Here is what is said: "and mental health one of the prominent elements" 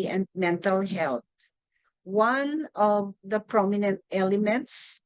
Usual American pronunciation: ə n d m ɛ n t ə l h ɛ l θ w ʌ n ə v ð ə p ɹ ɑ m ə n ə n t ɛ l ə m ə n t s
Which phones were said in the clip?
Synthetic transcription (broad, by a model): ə n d m ɛ n t ə l h ɛ l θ w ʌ n ə v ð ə p ɹ ɑ m ə n ə n t ɛ l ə m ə n t s